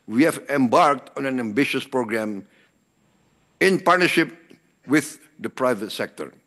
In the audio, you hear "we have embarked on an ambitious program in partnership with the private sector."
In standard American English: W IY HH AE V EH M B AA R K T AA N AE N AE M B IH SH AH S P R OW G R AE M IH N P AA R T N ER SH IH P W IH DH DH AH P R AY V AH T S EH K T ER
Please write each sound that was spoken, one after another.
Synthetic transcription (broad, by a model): W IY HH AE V EH M B AA R K T AA N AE N AE M B IH SH AH S P R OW G R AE M IH N P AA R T N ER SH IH P W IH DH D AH P R AY V AH T S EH K T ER